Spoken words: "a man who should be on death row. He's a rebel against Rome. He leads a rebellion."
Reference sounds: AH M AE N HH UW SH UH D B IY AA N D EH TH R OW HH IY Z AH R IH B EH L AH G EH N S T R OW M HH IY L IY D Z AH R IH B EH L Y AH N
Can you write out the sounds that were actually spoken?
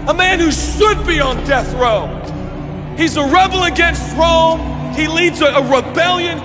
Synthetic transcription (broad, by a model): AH M AE N HH UW SH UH D B IY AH N D EH TH R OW HH IY Z AH R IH B L AH G EH N S T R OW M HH IY L IY D Z AH R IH B EH L Y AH N